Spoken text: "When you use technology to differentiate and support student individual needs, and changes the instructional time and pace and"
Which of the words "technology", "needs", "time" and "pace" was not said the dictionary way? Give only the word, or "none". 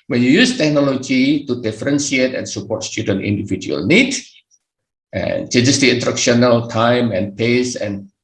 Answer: needs